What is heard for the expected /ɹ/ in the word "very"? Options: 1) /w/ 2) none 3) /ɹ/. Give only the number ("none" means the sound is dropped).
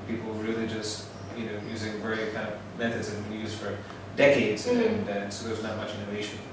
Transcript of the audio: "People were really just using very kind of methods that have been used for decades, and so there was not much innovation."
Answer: 2